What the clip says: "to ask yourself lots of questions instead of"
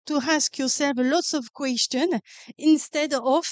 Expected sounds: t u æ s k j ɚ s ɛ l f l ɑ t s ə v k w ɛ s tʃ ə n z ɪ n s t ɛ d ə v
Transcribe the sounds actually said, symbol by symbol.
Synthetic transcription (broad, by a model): t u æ s k j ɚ s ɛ l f l ɑ t s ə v k w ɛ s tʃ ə n ɪ n s t ɛ d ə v